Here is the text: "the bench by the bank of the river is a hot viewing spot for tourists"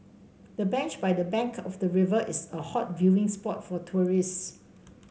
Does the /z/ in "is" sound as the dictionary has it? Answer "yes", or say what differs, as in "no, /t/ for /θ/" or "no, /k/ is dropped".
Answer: no, /s/ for /z/